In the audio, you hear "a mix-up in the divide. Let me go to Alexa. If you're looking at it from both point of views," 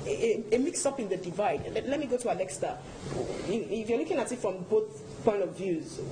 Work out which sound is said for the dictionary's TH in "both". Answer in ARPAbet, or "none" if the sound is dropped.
TH